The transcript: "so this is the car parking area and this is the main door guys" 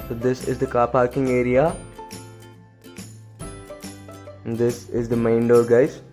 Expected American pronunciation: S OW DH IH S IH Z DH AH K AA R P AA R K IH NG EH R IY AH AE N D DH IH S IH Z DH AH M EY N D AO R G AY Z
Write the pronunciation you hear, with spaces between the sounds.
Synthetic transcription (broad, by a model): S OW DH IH S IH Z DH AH K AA P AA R K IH NG EH R IY AH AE N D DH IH S IH Z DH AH M EY N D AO L G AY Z